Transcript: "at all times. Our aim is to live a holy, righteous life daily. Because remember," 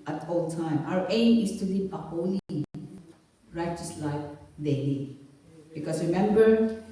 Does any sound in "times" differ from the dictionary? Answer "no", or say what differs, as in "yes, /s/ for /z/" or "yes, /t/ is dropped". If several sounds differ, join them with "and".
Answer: yes, /z/ is dropped